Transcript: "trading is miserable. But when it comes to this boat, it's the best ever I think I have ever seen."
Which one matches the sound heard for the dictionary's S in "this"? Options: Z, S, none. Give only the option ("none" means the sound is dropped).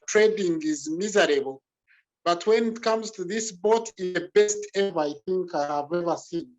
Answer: S